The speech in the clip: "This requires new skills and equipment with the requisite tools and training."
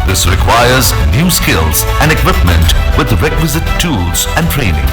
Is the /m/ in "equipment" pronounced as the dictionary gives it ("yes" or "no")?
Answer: yes